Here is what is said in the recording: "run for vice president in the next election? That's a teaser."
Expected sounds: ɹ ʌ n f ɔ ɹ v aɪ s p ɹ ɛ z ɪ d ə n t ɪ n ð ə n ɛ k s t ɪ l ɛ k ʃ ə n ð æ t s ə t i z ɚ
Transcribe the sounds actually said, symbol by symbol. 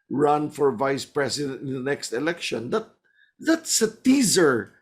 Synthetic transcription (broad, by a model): ɹ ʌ n f ɔ ɹ v aɪ s p ɹ ɛ s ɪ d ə n t ɪ n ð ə n ɛ k s t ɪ l ɛ k ʃ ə n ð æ t s ə t i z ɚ